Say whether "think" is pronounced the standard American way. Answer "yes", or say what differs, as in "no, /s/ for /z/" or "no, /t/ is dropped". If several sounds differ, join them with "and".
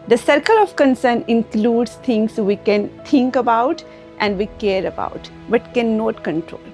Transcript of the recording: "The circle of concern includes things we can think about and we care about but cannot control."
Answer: no, /t/ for /θ/